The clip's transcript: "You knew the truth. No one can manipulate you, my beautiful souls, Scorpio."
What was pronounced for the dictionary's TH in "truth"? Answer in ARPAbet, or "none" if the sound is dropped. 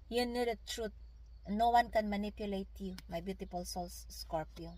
T